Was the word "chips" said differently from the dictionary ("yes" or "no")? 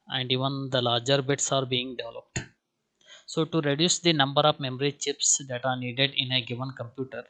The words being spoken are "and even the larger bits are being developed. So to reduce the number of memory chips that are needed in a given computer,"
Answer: no